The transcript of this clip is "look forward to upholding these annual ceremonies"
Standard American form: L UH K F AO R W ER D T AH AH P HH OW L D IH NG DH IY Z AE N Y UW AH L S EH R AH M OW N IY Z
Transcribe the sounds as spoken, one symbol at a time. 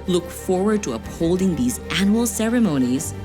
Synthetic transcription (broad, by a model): L UH K F AO R W ER D T AH AH P HH OW L D IH NG DH IY Z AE N Y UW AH L S EH R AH M OW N IY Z